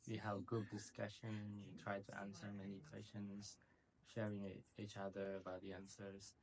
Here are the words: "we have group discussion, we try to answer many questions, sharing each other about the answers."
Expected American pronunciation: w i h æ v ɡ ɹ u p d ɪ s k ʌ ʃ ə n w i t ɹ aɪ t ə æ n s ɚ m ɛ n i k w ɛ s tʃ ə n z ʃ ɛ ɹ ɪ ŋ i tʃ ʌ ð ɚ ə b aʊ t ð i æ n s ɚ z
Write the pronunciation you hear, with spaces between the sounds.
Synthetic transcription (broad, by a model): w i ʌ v ɡ ʊ d ɪ s k ʌ ʃ ə n w i t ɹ aɪ t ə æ n s ɚ m ɛ n i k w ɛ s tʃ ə n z ʃ ɛ ɹ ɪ ŋ i tʃ ʌ ð ɚ ə b aʊ t ð i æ n s ɚ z